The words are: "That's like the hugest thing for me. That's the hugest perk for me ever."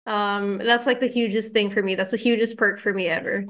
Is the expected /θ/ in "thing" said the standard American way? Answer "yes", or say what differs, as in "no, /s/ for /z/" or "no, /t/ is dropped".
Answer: yes